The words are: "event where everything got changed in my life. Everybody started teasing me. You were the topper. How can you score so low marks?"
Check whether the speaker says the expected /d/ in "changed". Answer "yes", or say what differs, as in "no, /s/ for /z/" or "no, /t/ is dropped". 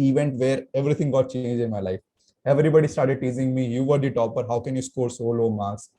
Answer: no, /d/ is dropped